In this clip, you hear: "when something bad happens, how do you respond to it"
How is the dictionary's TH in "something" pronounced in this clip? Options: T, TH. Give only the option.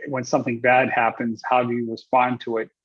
TH